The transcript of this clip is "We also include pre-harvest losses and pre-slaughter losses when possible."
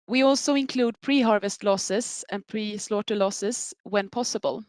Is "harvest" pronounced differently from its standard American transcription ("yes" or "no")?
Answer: no